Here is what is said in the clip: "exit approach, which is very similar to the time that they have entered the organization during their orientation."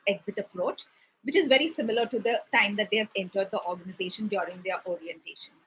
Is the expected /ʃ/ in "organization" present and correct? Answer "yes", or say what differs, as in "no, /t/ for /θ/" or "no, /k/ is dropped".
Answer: yes